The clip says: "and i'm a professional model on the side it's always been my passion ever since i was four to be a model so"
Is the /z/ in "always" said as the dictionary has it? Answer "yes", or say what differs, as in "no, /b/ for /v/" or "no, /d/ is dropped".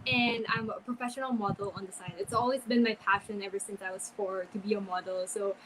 yes